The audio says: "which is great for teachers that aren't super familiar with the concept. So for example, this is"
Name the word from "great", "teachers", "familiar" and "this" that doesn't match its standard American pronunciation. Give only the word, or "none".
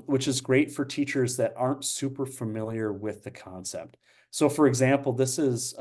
none